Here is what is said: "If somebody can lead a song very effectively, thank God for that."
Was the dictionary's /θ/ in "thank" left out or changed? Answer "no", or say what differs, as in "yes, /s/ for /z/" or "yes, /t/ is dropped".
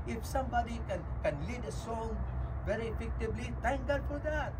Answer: yes, /t/ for /θ/